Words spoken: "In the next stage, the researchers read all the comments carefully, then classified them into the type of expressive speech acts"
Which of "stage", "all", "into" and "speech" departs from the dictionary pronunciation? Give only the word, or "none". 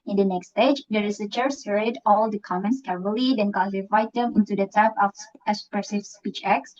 none